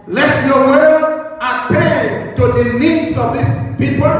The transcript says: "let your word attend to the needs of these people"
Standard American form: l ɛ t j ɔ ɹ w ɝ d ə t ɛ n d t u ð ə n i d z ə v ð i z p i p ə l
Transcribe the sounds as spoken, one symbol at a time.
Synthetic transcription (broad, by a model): l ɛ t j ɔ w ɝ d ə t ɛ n t u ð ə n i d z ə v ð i s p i p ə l